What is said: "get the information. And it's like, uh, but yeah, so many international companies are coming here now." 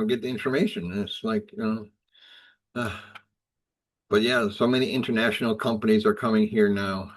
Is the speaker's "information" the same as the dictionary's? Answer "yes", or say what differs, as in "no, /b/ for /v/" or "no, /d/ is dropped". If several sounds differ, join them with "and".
no, /ʃ/ is dropped